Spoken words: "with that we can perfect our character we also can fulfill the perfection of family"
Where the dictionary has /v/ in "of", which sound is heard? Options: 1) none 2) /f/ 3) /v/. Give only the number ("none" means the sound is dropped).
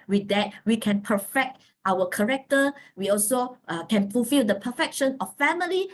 2